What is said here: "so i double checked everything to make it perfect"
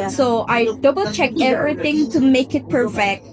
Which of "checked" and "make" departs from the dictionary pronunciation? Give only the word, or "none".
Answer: checked